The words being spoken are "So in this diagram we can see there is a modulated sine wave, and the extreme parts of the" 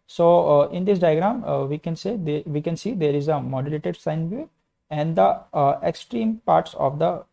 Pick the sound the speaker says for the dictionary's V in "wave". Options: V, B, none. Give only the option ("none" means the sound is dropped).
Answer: none